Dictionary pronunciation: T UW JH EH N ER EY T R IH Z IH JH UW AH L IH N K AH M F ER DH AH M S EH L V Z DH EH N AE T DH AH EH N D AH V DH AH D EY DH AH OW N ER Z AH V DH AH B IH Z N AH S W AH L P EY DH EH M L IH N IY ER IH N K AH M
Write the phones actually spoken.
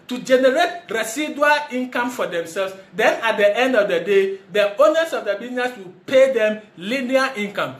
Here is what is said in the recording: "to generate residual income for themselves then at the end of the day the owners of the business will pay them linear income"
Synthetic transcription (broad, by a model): T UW JH EH N ER EY T R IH S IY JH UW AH L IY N K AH M F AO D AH M S EH L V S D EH N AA T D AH EH N D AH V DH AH D EY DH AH OW N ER S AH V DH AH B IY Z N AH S W AH L P EY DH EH M L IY N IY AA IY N K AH M